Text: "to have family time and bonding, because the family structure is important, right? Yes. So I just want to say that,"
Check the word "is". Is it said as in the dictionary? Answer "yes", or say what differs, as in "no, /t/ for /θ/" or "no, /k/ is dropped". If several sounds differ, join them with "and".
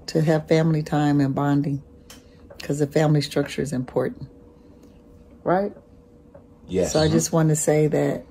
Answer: yes